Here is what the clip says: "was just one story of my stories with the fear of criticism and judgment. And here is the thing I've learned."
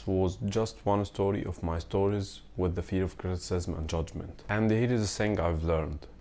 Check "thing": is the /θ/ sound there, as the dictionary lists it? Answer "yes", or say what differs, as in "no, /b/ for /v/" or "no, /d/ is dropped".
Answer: no, /s/ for /θ/